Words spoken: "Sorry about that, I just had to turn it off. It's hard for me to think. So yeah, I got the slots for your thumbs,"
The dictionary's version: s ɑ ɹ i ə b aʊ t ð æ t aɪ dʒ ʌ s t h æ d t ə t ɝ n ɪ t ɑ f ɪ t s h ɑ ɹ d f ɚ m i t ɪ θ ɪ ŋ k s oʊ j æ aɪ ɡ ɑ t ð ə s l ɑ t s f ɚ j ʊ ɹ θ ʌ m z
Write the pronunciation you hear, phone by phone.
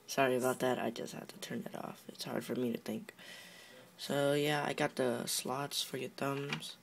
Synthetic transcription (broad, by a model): s ɑ ɹ i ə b aʊ t ð æ t aɪ dʒ ʌ s t h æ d t ə t ɝ n ɪ t ɑ f ɪ t s h ɑ ɹ d f ɚ m i t ɪ θ ɪ ŋ k s oʊ j æ aɪ ɡ ɑ t ð ə s l ɑ t s f ɚ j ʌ ɹ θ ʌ m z